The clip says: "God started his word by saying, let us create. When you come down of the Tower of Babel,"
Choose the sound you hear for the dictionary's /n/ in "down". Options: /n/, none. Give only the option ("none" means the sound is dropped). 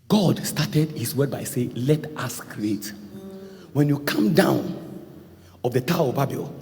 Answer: /n/